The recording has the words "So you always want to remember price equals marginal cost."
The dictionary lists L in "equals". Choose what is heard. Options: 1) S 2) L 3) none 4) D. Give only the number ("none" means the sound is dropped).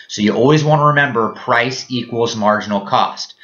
2